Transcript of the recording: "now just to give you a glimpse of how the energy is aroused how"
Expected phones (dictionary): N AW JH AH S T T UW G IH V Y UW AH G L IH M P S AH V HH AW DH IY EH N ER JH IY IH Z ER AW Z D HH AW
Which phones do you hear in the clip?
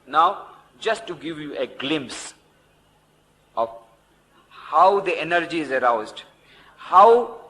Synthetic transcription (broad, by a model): N AW JH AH S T T UW G IH V Y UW AH G L IH M P S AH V HH AW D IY EH N ER JH IY IH Z ER AW Z D HH AW